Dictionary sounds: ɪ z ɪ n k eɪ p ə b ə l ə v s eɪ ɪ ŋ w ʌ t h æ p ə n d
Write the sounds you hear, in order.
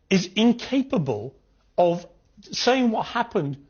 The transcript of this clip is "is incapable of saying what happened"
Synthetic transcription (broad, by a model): ɪ z ɪ n k eɪ p ə b ə l ə v s eɪ ɪ ŋ w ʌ t h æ p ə n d